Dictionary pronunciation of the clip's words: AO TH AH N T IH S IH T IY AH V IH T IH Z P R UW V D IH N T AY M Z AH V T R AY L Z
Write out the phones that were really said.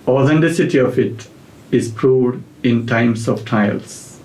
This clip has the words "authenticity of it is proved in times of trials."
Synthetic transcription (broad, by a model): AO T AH N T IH S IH T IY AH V IH T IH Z P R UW D IH N T AY M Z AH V T AY L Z